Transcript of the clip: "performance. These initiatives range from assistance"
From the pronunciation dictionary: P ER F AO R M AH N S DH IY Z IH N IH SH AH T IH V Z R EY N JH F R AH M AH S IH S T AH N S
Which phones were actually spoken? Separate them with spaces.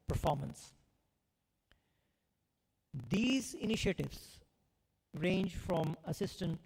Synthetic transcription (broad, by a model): P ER F AO R M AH N S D IY Z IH N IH SH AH T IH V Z R EY N JH F R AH M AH S IH S T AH N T